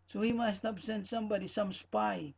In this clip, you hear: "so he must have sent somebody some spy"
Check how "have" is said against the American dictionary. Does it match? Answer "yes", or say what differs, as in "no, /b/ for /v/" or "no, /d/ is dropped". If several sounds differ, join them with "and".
no, /p/ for /v/